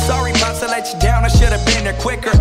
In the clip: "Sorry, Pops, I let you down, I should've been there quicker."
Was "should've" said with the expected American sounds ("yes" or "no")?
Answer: yes